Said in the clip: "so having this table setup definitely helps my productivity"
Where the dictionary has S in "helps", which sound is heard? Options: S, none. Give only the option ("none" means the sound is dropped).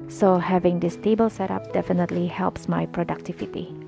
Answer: S